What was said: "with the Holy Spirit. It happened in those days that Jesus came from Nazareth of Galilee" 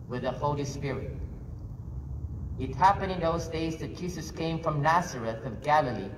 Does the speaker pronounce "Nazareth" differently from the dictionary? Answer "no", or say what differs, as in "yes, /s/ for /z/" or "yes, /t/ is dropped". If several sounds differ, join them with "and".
no